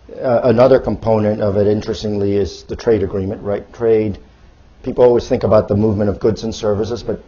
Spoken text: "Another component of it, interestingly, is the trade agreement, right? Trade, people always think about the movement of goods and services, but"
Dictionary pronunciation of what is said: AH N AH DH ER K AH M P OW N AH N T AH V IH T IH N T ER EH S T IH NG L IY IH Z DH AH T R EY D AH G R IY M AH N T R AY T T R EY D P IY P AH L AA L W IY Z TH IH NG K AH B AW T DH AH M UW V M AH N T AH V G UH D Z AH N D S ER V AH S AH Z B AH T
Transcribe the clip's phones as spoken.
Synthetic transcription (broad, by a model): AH N AH DH ER K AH M P OW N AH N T AH V IH T IH N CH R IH S T IH NG L IY IH Z DH AH T R EY D AH G R IY M AH N T R AY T T R EY D P IY P L AA L W IY Z TH IH NG K AH B AW T DH AH M UW V M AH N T AH V G UH D Z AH N S ER V AH S AH Z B AH T